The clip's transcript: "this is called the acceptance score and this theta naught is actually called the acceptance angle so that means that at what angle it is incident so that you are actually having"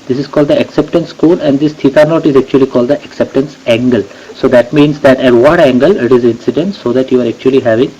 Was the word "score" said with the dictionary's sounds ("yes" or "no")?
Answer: no